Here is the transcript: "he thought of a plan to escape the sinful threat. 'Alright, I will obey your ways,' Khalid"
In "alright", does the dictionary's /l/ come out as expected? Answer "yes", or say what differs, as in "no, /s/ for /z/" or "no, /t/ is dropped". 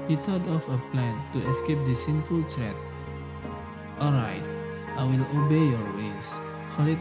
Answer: yes